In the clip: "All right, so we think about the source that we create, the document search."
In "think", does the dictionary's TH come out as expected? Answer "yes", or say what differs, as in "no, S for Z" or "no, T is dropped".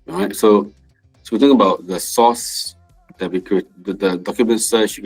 no, T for TH